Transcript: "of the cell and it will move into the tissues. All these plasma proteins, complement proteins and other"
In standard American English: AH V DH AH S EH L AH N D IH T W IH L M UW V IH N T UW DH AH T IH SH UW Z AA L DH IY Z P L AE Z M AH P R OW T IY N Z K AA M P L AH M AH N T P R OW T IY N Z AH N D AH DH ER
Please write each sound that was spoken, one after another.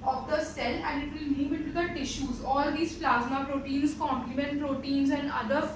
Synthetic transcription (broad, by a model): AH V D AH S EH L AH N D IH T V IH L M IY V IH T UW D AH T IH SH UW Z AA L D IY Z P L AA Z M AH P R OW T IY N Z K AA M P L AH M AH N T P R OW T IY N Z AH N D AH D ER